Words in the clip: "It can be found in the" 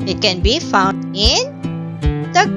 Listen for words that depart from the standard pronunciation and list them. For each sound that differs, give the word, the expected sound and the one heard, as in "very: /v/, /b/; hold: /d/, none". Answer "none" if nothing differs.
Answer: none